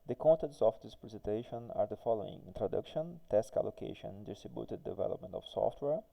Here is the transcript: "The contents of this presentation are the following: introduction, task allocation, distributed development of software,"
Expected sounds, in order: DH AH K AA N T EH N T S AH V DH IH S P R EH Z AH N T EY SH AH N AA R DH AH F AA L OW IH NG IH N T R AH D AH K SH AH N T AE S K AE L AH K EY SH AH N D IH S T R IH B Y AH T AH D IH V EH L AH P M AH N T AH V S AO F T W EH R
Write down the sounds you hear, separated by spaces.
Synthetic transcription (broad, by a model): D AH K AA N T EH N T S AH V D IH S P R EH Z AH N T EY SH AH N AA R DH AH F AA L OW IH NG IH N T R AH D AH K SH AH N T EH S K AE L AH K EY SH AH N D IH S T R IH B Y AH T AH D IH V EH L AH P M AH N T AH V S AO F T W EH R